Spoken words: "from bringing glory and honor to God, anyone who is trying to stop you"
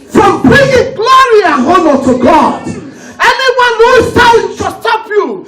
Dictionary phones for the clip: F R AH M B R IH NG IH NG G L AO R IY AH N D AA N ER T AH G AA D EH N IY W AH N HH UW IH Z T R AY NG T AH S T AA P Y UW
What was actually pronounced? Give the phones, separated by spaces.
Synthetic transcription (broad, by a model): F R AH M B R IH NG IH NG G L AO R IY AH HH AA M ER T AH G AA D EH N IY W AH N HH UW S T AY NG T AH S T AA P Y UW